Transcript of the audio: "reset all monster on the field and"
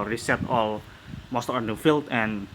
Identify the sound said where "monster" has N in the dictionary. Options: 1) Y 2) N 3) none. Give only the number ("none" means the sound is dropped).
3